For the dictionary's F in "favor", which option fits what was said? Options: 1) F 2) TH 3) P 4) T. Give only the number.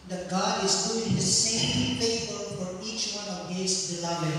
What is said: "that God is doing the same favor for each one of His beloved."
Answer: 3